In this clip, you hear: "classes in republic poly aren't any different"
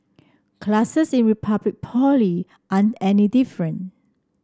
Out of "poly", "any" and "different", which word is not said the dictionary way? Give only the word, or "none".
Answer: different